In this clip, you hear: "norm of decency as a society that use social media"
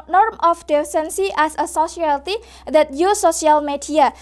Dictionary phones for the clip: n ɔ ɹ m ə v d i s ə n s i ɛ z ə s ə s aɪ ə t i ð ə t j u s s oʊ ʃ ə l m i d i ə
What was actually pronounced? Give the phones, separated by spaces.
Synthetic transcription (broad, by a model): n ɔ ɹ m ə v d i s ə n s i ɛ s ə s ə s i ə t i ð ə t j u s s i ə l m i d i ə